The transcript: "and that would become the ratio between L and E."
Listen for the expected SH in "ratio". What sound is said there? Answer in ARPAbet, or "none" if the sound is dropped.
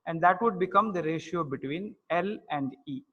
SH